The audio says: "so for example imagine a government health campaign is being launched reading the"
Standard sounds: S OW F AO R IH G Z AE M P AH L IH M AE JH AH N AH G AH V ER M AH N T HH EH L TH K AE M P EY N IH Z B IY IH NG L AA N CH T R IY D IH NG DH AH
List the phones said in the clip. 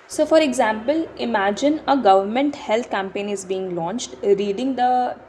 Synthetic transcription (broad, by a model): S OW F AO R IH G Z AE M P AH L IH M AE JH AH N AH G AH V ER M AH N T HH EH L T K AE M P EY N IH Z B IY IH NG L AA N CH T R IY D IH NG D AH